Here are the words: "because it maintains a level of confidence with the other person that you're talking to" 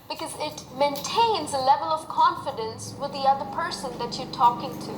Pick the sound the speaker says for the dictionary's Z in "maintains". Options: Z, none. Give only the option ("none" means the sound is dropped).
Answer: Z